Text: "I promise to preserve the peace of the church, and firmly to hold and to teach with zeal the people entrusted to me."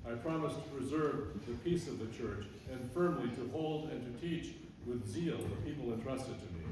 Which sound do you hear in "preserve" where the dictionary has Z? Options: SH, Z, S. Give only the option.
Z